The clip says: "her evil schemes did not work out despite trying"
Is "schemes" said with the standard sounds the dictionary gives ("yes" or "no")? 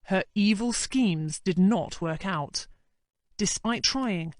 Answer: yes